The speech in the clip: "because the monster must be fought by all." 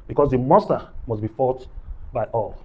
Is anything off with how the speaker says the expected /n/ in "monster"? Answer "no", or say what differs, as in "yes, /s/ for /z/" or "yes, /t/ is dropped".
yes, /n/ is dropped